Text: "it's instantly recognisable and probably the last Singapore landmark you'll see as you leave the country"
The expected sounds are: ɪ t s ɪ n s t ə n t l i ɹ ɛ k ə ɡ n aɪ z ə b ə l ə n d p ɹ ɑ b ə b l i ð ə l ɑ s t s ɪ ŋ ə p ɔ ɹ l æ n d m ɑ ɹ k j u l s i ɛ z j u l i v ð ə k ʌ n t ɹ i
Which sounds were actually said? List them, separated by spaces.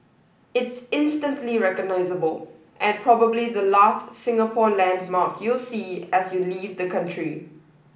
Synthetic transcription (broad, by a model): ɪ t s ɪ n s t ə n t l i ɹ ɛ k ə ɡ n aɪ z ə b ə l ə n p ɹ ɑ b ə b l i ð ə l ɑ s t s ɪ ŋ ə p ɔ l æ n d m ɑ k j u l s i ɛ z j u l i v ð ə k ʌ n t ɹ i